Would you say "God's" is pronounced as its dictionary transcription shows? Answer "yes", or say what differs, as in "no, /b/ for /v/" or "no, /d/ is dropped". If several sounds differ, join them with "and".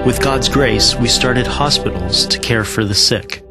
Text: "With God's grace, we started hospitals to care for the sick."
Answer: yes